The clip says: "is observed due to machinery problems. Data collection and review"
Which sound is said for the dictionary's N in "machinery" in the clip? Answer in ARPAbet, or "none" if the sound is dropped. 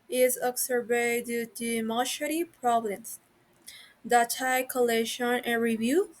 none